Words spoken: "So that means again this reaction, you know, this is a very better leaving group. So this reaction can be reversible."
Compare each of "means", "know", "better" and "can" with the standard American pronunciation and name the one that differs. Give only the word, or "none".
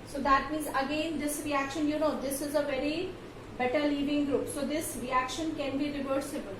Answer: means